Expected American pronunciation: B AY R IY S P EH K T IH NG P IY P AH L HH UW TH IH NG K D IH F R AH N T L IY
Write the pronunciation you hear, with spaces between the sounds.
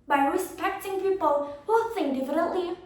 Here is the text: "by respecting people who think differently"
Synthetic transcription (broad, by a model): B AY R IY S P EH K T IH NG P IY P AH L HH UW S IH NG D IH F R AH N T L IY